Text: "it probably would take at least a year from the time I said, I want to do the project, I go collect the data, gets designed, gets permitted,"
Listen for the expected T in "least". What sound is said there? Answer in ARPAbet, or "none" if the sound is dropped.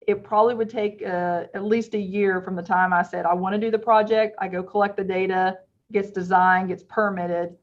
T